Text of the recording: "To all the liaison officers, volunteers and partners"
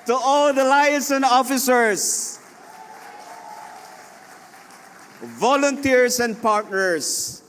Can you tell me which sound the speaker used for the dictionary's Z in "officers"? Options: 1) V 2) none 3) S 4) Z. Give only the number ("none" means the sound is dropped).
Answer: 3